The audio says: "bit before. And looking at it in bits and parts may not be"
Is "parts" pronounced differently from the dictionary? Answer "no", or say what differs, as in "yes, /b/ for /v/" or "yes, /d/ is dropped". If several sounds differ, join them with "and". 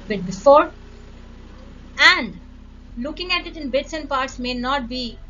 no